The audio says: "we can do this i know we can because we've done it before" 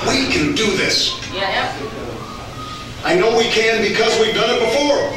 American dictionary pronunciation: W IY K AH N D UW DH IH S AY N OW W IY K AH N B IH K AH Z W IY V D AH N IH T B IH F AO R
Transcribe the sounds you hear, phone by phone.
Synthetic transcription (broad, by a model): W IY K AH N D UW DH IH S AY N OW W IY K AH N B IH K AH Z W IY V D AH N IH T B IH F AO R